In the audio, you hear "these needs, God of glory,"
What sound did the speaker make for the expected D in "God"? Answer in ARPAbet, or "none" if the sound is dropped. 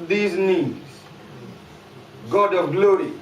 D